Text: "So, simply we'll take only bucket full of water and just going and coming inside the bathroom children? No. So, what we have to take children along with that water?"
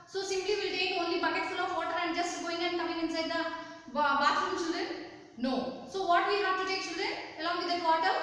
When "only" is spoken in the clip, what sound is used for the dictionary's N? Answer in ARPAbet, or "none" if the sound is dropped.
N